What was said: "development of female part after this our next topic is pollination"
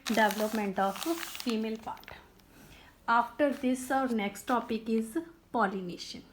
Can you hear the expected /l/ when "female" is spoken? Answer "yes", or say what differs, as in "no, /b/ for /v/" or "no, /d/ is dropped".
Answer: yes